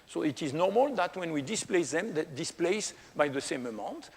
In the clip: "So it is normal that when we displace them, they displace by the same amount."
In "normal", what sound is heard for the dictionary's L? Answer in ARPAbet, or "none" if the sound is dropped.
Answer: L